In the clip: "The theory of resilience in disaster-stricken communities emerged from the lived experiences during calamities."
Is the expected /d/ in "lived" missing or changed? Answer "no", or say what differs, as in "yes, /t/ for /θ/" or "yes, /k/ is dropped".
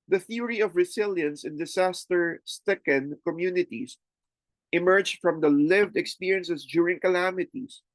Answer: no